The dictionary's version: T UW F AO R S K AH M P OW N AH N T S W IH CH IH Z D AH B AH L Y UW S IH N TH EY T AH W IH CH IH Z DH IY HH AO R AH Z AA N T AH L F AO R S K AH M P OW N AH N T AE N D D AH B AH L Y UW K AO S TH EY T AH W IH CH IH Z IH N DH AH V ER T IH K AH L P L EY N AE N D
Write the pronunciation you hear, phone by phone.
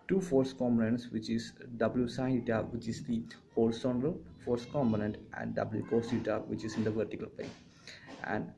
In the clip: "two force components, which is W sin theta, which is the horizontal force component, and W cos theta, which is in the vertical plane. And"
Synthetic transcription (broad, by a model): T UW F AO R S K AH M P OW N AH N T S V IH CH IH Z D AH B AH L Y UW S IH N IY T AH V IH CH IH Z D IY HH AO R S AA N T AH L F AO R S K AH M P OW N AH N T AE N D D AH B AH L Y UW K AO S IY T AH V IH CH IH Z IH N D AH V ER T IH K AH L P EY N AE N D